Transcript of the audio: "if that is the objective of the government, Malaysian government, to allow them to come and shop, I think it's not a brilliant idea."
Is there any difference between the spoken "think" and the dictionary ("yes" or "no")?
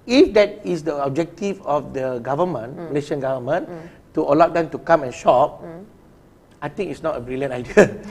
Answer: yes